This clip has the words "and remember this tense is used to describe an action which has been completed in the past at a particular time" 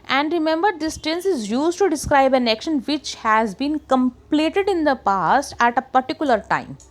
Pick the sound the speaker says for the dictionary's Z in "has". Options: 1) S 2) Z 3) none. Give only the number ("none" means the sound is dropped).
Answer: 2